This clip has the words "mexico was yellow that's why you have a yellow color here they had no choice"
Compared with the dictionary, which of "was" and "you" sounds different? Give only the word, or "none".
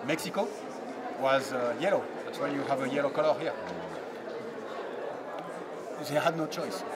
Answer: none